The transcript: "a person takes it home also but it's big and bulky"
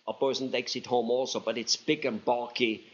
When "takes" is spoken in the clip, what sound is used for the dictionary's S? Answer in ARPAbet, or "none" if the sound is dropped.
S